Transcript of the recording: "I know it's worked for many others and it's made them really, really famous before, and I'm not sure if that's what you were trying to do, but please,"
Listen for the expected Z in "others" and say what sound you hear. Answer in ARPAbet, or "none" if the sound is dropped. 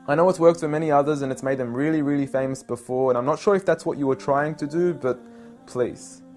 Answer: Z